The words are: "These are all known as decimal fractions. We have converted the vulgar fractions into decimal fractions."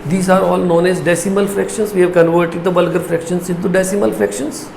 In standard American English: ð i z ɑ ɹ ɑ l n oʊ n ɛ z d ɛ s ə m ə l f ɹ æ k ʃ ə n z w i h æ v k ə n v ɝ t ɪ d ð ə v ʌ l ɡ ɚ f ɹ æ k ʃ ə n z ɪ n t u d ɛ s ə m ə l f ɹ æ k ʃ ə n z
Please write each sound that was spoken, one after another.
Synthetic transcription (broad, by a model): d i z ɑ ɹ ɑ l n oʊ n ɛ z d ɛ s ə m ə l f ɹ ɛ k ʃ ə n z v i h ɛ v k ə n v ɝ t ɪ d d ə b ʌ l ɡ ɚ f ɹ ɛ k ʃ ə n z ɪ n t u d ɛ s ə m ə l f ɹ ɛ k ʃ ə n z